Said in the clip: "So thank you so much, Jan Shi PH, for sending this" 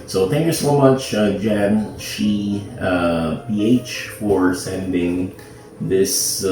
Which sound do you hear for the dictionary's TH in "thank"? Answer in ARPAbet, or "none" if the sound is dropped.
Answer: TH